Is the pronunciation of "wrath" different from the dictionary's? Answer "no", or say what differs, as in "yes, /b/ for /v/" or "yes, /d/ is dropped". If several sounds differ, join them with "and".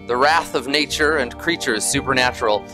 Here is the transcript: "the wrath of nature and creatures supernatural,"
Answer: no